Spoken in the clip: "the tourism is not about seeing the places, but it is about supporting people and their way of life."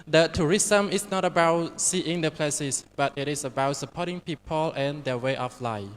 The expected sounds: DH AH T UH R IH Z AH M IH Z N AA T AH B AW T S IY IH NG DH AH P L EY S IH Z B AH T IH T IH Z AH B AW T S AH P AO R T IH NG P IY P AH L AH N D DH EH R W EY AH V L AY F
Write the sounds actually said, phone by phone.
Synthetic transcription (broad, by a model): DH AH T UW R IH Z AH M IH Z N AA T AH B AW T S IY IH NG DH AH P L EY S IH S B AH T IH T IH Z AH B AW T S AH P AO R T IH NG P IY P AH L AH N D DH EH W EY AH F L AY